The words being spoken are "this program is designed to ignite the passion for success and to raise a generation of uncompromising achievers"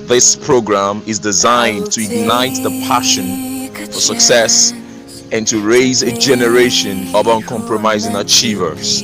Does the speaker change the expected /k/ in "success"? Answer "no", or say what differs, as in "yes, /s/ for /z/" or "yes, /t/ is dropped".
no